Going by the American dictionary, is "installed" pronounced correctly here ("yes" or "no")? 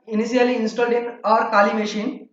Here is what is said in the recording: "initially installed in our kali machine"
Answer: yes